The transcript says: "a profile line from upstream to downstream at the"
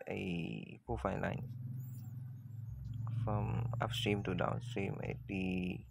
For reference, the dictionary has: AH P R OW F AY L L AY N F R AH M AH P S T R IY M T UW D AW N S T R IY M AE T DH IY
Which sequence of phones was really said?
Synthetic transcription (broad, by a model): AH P OW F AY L L AY N F R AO M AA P S T R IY M T UW D AW N S T R IY M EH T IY